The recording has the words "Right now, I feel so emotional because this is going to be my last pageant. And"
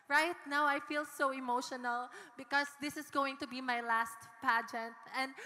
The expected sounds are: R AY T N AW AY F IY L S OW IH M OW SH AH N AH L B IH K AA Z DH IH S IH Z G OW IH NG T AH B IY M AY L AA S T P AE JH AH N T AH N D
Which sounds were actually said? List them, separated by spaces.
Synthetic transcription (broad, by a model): R AY T N AW AY F IY L S OW IH M OW SH AH N AH L B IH K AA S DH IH S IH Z G OW IH NG T AH B IY M AY L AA S T P AE JH AH N T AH N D